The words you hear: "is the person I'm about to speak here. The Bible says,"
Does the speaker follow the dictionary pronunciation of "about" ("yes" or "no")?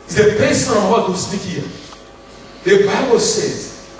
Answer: no